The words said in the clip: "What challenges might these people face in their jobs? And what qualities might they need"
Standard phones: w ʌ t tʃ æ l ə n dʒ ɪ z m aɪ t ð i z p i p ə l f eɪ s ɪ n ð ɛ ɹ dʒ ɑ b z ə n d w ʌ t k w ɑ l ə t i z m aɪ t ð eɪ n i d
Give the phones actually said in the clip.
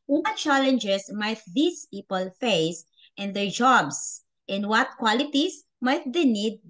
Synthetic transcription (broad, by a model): w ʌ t tʃ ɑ l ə n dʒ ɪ s m aɪ t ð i s p i p ə l f eɪ s ɪ n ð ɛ ɹ dʒ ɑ b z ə n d w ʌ t k w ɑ l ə t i s m aɪ t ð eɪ n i d